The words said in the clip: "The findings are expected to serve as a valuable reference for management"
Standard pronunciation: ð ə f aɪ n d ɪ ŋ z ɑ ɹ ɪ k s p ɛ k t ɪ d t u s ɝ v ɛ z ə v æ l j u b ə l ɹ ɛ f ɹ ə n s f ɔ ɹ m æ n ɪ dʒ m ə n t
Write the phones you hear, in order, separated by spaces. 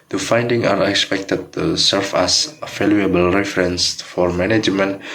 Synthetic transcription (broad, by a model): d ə f aɪ n d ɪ ŋ ɑ ɹ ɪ k s p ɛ k t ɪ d t u s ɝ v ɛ s ə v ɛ l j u b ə l ɹ ɛ f ɹ ə n s f ɔ ɹ m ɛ n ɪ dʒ m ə n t